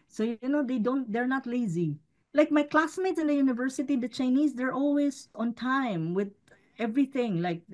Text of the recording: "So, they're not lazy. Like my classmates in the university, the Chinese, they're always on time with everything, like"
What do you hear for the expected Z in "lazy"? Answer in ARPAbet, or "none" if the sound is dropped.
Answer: Z